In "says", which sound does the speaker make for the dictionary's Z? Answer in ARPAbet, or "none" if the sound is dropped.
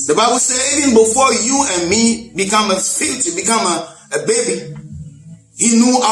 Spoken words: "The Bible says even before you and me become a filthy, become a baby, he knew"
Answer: none